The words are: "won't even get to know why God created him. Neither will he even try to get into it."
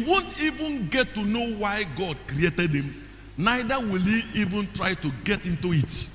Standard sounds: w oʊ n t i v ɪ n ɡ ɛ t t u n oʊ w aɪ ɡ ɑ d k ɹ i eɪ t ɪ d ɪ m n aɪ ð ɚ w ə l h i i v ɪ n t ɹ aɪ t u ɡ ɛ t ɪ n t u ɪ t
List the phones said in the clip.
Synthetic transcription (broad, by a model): w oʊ n t i v ɪ n ɡ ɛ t t u n oʊ w aɪ ɡ ɑ d k ɹ i eɪ t ɪ d ɪ m n aɪ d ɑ w ə l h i i v ɪ n t ɹ aɪ t u ɡ ɛ t ɪ n t u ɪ t